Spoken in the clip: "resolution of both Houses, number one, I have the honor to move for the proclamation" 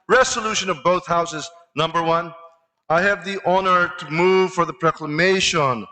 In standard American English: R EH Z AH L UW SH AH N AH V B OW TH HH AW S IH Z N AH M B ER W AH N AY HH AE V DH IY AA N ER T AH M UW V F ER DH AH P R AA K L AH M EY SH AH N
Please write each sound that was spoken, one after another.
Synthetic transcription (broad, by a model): R EH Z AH L UW SH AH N AH V B OW TH HH AW S IH Z N AH M B ER W AH N AY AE V DH IY AA N ER T AH M UW V F ER DH AH P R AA K L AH M EY SH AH N